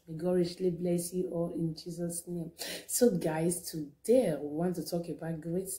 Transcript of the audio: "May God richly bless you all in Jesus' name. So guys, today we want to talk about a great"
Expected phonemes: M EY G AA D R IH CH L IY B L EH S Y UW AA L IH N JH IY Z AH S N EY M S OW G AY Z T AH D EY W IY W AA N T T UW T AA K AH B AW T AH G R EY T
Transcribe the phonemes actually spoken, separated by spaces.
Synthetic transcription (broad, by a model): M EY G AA R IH SH L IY B L EH S Y UW AA L IH N JH IY Z AH S N EY M S OW G AY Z T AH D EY W IY W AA N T T UW T AA K AH B AW T G R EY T